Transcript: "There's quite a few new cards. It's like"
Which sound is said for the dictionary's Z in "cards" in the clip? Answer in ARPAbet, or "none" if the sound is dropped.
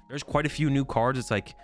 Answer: Z